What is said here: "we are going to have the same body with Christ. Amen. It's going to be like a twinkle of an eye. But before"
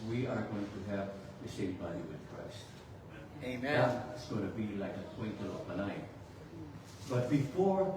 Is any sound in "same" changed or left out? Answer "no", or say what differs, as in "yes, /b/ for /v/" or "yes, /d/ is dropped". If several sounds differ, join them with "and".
yes, /ʃ/ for /s/